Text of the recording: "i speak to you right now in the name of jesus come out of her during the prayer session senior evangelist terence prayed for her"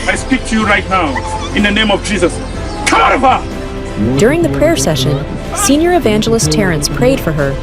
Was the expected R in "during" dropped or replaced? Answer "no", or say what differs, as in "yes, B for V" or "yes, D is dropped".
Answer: no